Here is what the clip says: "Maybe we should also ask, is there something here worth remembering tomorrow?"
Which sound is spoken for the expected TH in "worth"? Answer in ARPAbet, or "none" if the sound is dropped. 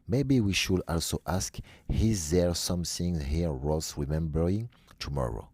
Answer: S